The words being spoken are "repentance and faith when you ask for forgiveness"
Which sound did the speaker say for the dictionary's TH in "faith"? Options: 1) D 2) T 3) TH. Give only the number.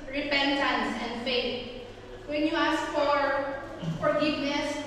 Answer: 2